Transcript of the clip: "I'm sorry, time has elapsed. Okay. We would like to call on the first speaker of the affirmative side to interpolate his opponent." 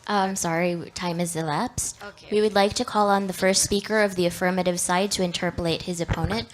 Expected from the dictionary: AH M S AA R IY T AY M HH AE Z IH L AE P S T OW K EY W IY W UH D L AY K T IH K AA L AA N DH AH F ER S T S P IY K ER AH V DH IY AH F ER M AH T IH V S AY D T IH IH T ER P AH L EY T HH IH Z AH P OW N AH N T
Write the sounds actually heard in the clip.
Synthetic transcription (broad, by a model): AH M S AA R IY T AY M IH Z IH L AE P S T W IY W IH D L AY K T IH K AA L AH N DH AH F ER S T S P IY K ER AH V DH IY AH F ER M AH T IH V S AY D T IH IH T ER P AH L EY T HH IH Z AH P OW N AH N T